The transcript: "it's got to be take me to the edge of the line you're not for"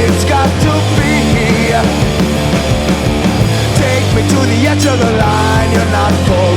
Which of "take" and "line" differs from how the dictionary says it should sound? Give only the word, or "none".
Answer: none